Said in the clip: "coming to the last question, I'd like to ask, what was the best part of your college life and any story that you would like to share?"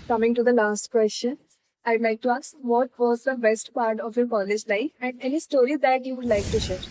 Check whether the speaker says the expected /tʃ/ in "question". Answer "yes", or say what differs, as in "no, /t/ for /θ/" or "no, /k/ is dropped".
no, /ʃ/ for /tʃ/